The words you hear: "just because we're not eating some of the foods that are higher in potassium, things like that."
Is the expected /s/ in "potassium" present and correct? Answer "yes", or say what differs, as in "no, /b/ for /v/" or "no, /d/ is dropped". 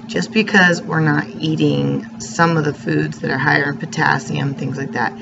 yes